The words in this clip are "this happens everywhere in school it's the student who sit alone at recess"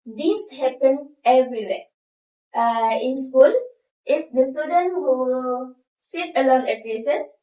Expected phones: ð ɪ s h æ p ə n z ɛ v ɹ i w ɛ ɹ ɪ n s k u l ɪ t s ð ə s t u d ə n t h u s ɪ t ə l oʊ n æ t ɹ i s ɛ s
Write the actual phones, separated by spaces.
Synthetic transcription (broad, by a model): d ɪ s h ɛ p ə n ɛ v ɹ i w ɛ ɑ ɪ n s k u l ɪ t s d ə s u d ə n h u s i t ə l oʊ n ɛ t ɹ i s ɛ s